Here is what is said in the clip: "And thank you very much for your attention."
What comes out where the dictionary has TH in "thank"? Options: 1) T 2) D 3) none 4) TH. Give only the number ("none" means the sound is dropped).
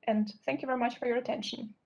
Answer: 4